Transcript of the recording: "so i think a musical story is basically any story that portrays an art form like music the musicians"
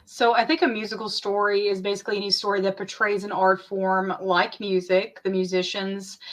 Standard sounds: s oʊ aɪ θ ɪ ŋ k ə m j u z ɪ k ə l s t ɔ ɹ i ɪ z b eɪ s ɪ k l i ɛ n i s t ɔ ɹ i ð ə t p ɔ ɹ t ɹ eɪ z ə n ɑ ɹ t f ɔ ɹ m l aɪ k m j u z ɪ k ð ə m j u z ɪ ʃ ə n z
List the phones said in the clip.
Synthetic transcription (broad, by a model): s oʊ aɪ θ ɪ ŋ k ə m j u z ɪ k l s t ɔ ɹ i ɪ z b eɪ s ɪ k l i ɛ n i s t ɔ ɹ i ð ə t p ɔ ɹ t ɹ eɪ z ə n ɑ ɹ t f ɔ ɹ m l aɪ k m j u z ɪ k ð ə m j u z ɪ ʃ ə n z